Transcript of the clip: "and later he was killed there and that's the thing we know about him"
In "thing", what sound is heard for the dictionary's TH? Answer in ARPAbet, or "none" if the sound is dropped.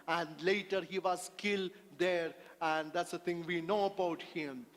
T